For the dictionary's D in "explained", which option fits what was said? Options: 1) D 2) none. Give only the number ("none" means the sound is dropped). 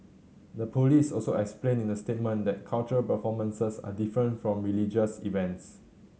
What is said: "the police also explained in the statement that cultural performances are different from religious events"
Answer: 2